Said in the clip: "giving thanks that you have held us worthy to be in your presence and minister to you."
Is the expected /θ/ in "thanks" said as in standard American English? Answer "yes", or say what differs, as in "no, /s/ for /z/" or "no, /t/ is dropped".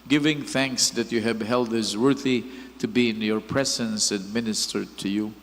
yes